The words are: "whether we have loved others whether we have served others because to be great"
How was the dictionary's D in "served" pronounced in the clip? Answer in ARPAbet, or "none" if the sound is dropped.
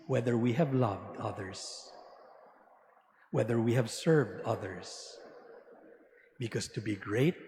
D